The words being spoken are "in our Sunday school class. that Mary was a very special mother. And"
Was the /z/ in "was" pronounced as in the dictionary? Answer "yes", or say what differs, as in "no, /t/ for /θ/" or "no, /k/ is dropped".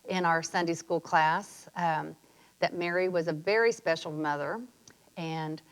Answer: yes